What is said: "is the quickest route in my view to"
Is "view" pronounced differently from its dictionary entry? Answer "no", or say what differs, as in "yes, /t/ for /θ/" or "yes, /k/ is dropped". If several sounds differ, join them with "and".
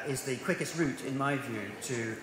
no